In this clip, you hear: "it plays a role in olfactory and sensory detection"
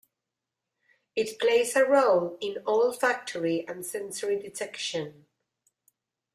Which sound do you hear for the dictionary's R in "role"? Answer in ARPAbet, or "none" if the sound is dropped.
R